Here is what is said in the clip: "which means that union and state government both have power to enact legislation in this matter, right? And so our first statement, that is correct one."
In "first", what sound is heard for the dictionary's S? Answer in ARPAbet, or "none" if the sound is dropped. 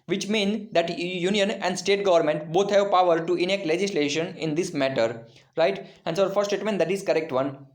none